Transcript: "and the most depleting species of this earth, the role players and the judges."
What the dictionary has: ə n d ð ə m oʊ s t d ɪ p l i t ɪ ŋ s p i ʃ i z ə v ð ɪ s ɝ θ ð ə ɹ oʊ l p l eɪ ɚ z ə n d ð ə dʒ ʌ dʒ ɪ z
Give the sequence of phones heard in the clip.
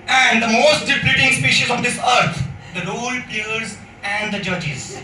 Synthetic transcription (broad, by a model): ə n d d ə m oʊ s t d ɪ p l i t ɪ ŋ s p i ʃ i z ə v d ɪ s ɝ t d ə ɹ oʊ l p i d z ə n d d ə dʒ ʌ dʒ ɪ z